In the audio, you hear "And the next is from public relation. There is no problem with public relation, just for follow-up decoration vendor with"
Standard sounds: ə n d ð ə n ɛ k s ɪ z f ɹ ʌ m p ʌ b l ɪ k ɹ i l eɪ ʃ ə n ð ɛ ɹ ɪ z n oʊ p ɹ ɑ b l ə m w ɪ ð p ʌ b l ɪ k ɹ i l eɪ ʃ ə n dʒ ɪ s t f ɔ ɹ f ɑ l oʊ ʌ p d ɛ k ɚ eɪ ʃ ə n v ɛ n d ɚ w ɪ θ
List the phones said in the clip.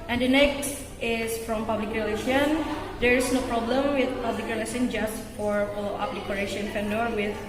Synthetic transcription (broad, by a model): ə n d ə n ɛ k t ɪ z f ɹ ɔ m p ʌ b l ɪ k ɹ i l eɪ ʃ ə n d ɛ ɹ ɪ s n oʊ p ɹ ɑ b l ə m w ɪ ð p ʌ b l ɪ k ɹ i l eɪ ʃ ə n dʒ ɪ s t f ɔ ɹ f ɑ l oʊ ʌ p d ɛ k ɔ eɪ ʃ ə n f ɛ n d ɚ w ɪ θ